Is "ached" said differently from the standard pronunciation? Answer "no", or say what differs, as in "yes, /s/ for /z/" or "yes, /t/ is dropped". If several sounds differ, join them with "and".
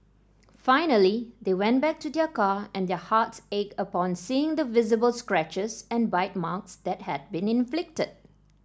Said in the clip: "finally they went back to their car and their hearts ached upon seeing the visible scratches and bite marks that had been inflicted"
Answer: yes, /t/ is dropped